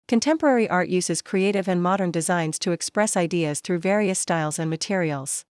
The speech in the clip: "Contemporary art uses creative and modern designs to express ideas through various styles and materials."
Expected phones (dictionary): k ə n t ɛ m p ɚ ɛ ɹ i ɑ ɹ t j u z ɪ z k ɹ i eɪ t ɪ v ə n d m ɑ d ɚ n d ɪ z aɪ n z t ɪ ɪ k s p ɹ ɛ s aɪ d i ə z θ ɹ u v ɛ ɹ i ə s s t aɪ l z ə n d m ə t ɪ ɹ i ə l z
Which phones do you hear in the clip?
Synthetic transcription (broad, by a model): k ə n t ɛ m p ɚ ɛ ɹ i ɑ ɹ t j u z ɪ z k ɹ i eɪ t ɪ v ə n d m ɑ d ɚ n d ɪ z aɪ n z t ɪ ɪ k s p ɹ ɛ s aɪ d i ə z θ ɹ u v ɛ ɹ i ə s s t aɪ l z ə n m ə t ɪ ɹ i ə l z